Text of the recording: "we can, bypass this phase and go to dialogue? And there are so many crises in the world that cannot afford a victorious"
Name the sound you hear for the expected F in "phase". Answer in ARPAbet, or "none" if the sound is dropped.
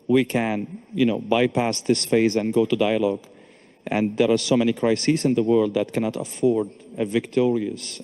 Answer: F